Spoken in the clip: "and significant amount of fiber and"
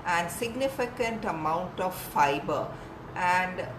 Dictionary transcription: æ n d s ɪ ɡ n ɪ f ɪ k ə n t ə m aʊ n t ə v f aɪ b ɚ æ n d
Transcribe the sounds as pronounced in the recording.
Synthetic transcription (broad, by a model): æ n d s ɪ ɡ n ɪ f ɪ k ə n t ə m aʊ n t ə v f aɪ b ɚ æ n d